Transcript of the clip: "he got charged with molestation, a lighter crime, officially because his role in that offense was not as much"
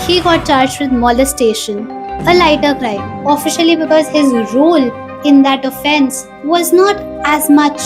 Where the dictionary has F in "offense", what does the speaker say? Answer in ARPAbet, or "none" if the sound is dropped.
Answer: F